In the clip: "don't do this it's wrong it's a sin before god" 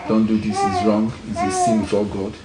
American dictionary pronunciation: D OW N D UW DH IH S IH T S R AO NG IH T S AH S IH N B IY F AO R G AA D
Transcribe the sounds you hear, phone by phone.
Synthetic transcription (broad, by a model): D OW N D UW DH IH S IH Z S R AO NG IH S AH S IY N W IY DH AO L G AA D